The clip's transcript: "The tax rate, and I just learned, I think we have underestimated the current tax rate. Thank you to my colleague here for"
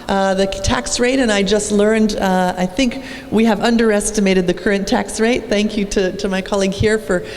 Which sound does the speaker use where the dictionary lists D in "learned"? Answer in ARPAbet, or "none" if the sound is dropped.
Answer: D